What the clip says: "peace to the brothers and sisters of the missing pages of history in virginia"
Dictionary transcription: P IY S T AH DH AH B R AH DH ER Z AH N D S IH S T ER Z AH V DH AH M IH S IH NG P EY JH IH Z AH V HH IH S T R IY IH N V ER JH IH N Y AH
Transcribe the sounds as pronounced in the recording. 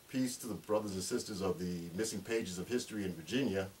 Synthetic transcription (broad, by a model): P IY S T AH DH AH B R AH DH ER Z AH N S IH S T ER Z AH V DH AH M IH S IH NG P EY JH IH Z AH V HH IH S T R IY IH N V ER JH IH N Y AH